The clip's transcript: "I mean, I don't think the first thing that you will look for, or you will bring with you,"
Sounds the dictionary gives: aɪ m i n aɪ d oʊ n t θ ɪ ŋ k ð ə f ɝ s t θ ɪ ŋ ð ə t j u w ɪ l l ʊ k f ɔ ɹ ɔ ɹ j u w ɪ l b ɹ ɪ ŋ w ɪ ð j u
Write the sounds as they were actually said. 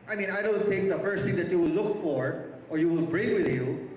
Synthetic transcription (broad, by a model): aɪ m i n aɪ d oʊ n t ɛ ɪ k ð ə f ɝ s t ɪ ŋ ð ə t j u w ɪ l l ʊ k f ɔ ɹ ɔ ɹ j u w ɪ l b ɹ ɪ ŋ w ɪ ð j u